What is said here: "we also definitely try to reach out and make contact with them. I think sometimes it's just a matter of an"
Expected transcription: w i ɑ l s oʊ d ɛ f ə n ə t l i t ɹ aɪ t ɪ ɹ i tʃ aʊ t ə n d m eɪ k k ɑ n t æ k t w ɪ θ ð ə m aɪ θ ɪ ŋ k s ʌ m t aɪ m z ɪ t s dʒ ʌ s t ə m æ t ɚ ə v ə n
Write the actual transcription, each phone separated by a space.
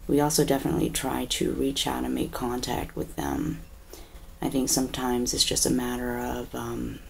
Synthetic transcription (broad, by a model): w i ɑ l s oʊ d ɛ f ə n ə t l i t ɹ aɪ t ɪ ɹ i tʃ aʊ t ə n m eɪ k k ɑ n t æ k t w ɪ ð ə m aɪ θ ɪ ŋ k s ʌ m t aɪ m z ɪ t s dʒ ʌ s t ə m æ t ɚ ə v ə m